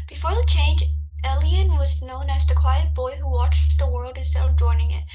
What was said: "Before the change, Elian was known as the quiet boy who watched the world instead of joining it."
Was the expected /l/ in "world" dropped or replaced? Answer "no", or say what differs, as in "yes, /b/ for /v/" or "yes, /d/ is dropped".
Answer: no